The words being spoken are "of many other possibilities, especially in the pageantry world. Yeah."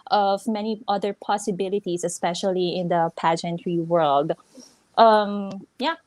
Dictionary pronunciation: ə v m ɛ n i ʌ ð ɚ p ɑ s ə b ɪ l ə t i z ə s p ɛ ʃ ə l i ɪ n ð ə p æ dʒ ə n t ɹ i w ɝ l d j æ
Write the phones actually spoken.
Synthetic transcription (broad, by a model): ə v m ɛ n i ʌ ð ɚ p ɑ s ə b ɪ l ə t i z ə s p ɛ ʃ ə l i ɪ n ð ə p æ dʒ ə n t ɹ i w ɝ l d j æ